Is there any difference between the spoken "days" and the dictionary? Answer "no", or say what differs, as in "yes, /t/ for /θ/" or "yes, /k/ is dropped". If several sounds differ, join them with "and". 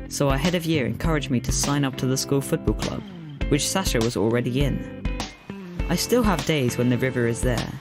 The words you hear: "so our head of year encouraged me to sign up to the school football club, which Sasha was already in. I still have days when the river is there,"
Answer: no